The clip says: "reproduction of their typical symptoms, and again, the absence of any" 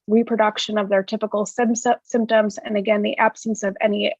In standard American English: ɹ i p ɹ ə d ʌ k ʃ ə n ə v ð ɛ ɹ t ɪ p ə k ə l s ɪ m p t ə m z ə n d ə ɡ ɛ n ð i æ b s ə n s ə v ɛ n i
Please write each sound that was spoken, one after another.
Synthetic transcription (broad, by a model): ɹ i p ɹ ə d ʌ k ʃ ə n ə v ð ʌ ɹ t ɪ p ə k l s ɪ m p t ə m z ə n ə ɡ ɛ n ð i æ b s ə n s ə v ɛ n i